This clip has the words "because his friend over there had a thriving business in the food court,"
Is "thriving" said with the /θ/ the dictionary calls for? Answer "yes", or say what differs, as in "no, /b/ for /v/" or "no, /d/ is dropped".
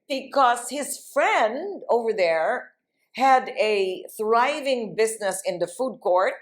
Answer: yes